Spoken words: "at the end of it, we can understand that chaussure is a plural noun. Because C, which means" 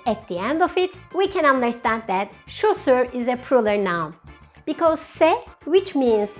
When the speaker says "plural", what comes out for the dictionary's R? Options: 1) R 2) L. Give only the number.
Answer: 2